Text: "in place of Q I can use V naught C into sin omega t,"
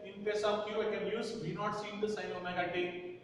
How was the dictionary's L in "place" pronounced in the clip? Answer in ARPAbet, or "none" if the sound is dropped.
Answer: none